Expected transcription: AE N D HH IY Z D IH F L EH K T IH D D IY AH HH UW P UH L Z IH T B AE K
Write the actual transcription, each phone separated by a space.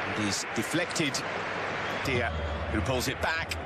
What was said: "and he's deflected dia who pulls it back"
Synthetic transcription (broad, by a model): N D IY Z D IH F L EH K T IH D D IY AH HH P UH L Z IH T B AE K